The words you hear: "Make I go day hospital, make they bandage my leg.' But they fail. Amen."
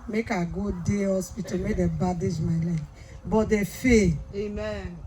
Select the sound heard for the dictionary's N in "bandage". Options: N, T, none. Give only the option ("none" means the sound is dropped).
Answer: none